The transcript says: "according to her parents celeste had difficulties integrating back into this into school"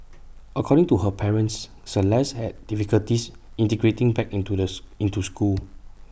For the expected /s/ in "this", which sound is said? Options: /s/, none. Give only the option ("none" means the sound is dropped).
none